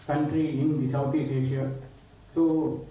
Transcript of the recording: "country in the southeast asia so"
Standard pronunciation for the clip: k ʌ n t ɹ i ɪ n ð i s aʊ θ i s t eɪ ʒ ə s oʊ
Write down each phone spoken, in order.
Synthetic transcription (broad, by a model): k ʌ n t ɹ i ɪ n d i s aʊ t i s eɪ ʃ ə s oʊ